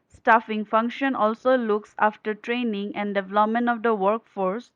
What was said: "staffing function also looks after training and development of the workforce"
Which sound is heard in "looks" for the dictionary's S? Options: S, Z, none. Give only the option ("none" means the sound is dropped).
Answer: S